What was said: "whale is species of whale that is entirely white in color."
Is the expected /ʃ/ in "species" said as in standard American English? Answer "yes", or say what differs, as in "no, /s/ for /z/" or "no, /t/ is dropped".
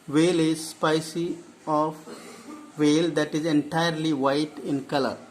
no, /s/ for /ʃ/